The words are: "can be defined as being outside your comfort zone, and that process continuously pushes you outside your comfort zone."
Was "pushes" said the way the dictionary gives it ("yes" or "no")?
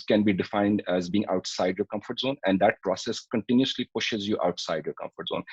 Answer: yes